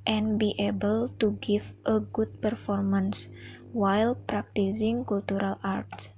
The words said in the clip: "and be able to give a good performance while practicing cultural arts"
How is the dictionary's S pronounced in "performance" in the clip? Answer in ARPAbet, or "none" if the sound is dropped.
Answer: S